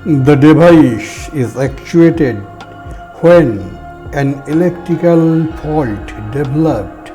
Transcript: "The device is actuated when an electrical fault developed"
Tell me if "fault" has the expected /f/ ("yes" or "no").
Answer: no